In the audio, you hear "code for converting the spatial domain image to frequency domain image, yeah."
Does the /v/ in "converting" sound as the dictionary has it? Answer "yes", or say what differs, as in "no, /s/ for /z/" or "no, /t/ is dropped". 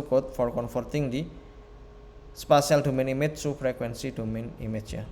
no, /f/ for /v/